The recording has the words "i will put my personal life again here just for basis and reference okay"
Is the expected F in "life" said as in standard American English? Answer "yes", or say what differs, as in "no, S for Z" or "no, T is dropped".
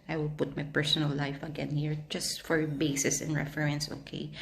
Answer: yes